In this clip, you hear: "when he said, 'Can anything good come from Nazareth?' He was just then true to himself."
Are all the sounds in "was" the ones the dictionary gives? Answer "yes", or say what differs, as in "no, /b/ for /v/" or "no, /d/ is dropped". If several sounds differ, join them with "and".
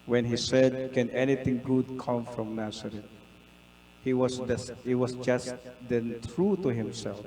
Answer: no, /s/ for /z/